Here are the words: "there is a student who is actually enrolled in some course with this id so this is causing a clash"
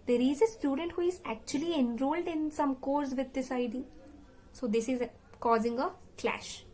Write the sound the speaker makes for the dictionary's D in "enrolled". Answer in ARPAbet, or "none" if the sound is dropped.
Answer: D